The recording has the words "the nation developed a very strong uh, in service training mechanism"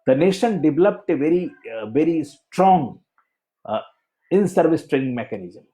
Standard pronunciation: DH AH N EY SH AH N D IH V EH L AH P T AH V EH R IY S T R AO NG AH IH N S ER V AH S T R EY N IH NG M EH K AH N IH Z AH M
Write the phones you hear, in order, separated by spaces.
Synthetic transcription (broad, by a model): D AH N EY SH AH N D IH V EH L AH P T AH V EH R IY S T R AO NG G IH N S ER V AH S T R EY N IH NG M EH K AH N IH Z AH M